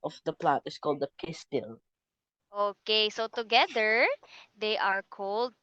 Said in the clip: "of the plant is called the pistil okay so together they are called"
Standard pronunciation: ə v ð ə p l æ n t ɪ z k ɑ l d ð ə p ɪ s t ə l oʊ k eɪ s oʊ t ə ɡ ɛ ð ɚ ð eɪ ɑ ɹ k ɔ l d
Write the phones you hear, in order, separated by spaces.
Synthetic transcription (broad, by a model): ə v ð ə p l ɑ t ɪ s k ɑ l d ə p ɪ s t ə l oʊ k eɪ s oʊ t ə ɡ ɛ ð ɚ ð eɪ ɑ ɹ k ɔ l d